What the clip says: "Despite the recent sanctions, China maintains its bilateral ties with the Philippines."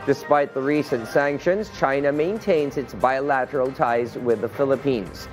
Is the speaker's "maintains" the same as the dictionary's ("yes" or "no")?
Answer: yes